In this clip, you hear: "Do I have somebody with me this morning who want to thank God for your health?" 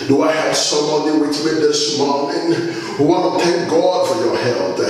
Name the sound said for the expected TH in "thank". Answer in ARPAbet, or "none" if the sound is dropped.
T